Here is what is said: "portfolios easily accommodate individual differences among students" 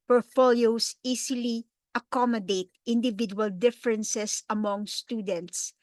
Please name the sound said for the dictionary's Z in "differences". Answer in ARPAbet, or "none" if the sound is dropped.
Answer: S